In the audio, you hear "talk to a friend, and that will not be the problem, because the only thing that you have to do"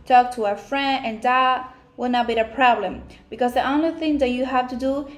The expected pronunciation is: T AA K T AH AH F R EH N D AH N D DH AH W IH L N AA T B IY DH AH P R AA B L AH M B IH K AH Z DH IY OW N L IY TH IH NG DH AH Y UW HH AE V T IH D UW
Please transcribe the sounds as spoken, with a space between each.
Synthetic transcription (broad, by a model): T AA K T AH AH F R EH N D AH N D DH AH W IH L N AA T B IY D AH P R AA B L AH M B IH K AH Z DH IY OW N L IY TH IH NG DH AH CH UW HH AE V T IH D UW